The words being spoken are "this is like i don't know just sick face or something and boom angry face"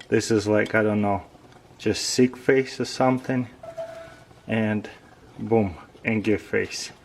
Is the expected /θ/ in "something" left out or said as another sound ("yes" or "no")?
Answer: no